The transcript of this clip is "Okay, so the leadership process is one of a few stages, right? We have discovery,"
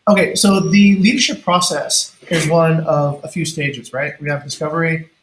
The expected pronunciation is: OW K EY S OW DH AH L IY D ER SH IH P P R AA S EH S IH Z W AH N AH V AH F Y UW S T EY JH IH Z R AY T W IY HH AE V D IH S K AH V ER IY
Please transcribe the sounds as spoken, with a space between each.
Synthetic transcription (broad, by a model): OW K EY S OW DH AH L IY D ER SH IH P P R AA S EH S IH Z W AH N AH V AH F Y UW S T EY JH IH Z R AY T W IY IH V D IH S K AH V ER IY